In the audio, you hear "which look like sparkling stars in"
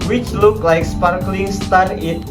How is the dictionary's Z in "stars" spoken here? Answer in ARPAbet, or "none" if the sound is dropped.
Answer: none